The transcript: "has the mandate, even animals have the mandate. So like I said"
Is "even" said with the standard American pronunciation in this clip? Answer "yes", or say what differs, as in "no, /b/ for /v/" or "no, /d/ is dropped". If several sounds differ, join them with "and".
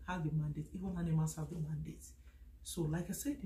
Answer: no, /w/ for /v/